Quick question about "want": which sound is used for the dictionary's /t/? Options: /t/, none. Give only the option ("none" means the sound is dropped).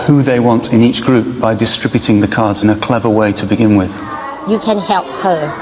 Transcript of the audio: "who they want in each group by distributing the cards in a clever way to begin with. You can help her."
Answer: /t/